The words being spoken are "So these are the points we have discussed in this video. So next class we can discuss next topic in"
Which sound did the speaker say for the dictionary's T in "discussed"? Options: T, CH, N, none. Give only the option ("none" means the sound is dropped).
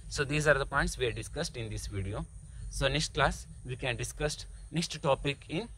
T